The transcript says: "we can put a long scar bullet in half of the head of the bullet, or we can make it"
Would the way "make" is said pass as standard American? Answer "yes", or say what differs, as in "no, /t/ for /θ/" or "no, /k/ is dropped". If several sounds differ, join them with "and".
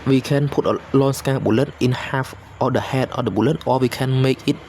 yes